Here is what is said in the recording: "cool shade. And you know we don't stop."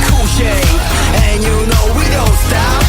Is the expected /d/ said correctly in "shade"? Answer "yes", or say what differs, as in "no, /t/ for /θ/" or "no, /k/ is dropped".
no, /d/ is dropped